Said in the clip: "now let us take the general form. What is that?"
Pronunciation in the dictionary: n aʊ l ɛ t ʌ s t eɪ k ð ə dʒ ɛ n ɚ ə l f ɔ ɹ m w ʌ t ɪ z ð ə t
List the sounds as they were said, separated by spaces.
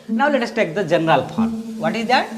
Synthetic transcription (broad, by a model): n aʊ l ɛ t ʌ s t eɪ k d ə dʒ ɛ n ɚ ə l p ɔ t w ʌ t ɪ z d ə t